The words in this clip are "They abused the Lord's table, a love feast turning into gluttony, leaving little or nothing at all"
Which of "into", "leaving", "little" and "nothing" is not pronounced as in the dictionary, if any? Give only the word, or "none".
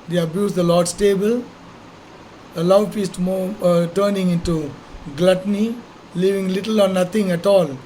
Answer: nothing